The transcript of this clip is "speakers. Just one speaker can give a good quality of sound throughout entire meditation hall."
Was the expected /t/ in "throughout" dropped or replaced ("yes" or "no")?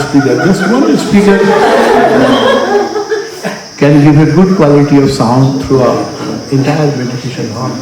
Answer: yes